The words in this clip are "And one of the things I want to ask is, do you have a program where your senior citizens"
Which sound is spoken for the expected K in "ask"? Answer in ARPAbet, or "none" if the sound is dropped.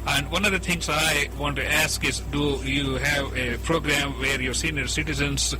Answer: K